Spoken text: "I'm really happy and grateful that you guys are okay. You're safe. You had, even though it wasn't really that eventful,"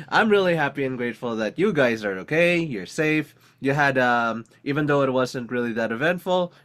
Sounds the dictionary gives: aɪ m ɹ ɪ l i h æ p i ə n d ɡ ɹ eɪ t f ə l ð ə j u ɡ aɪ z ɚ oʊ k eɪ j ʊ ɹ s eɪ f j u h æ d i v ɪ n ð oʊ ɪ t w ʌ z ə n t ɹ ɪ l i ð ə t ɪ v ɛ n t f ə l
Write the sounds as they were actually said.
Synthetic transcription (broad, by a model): aɪ m ɹ ɪ l i h æ p i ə n ɡ ɹ eɪ t f l ð ə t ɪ ɡ aɪ z ɚ oʊ k eɪ j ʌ ɹ s eɪ f j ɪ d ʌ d i v ɪ n ð oʊ ɪ t w ʌ z ə n t ɹ ɪ l i ð ə t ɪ v ɛ n t f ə l